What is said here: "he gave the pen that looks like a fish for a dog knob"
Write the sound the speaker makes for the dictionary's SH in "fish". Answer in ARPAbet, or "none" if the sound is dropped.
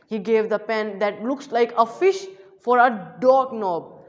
SH